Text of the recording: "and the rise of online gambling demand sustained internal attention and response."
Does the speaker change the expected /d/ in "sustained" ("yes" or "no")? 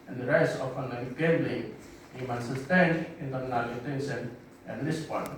yes